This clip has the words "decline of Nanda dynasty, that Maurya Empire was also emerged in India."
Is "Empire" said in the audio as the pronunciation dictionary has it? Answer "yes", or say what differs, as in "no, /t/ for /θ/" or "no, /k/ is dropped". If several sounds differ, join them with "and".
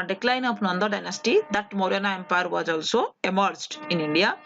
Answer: yes